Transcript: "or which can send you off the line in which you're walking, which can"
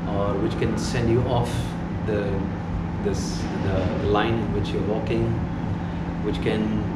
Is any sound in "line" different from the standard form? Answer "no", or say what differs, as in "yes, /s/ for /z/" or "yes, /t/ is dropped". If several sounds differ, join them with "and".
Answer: yes, /l/ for /n/